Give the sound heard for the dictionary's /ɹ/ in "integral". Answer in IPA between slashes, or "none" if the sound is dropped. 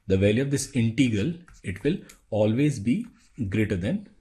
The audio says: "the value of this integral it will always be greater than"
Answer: /ɹ/